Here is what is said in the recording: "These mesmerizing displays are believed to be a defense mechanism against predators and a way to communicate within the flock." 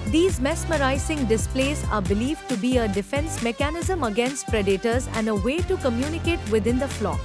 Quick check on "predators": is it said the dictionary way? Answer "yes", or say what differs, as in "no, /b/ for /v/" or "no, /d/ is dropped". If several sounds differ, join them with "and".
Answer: yes